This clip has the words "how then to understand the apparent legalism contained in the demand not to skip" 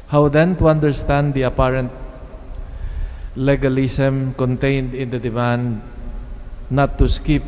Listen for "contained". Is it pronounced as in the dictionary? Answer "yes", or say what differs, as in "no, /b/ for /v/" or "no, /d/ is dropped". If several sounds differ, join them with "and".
yes